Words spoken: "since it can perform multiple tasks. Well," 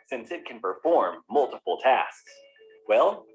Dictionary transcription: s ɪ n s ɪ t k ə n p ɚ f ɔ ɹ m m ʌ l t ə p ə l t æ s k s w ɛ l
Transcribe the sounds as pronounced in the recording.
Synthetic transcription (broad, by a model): s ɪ n s ɪ t k ə n p ɚ f ɔ ɹ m m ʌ l t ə p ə l t æ s k s w ɛ l